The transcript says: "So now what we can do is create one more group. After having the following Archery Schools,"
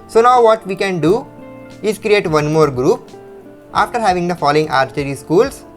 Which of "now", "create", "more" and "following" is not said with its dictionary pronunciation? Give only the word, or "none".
none